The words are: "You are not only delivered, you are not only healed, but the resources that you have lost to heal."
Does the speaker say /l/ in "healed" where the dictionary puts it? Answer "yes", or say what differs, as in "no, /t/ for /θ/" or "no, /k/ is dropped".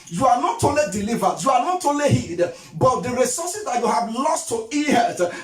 no, /l/ is dropped